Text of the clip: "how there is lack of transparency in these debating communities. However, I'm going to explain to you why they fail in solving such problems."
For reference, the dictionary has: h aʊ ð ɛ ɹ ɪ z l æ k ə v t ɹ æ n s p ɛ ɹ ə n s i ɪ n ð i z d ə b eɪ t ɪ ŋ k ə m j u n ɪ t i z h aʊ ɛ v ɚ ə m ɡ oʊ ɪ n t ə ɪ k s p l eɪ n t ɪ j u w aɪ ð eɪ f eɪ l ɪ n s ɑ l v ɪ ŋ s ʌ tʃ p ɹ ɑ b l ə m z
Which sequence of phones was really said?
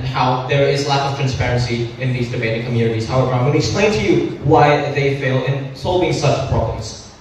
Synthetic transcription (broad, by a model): h aʊ ð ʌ ɹ ɪ z l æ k ə v t ɹ æ n s p ɛ ɹ ə n s i ɪ n ð i z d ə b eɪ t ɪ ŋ k ə m j u n ɪ t i z h aʊ ɛ v ɚ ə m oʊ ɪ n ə ɪ k s p l eɪ n t ɪ j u w aɪ ð eɪ f eɪ l ɪ n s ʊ l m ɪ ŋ s ʌ tʃ p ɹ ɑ b l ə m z